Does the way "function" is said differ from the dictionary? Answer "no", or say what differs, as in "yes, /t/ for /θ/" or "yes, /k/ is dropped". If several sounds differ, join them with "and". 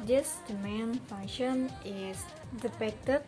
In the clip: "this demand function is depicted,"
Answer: yes, /k/ is dropped